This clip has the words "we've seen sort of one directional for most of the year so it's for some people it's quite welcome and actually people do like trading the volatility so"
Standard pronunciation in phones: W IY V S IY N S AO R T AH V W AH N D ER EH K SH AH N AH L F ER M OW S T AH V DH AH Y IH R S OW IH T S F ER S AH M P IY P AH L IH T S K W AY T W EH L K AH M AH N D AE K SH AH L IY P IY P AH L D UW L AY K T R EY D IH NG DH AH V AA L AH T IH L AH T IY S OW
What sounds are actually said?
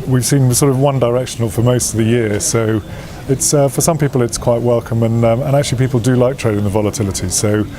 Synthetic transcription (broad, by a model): W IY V S IY N S AO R T AH V W AH N D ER EH K SH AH N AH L F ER M OW S T AH V DH AH Y IH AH S OW IH T S F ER S AH M P IY P AH L IH T S K W AY T W EH L K AH M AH N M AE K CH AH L IY P IY P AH L D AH L AY K T R EY D IH NG DH AH V AA L AH T IH L AH T IY S OW